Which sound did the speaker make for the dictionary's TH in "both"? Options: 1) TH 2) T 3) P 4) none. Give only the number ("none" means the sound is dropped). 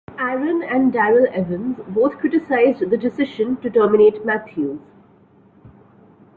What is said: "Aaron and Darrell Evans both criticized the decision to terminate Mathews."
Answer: 2